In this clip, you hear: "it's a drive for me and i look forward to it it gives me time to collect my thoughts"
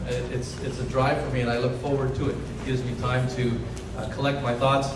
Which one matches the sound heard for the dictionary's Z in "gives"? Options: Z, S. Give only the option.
Z